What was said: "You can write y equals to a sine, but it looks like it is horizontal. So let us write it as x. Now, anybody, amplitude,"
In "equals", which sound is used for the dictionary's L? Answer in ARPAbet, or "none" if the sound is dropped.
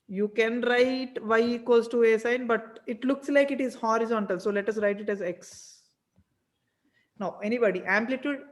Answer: none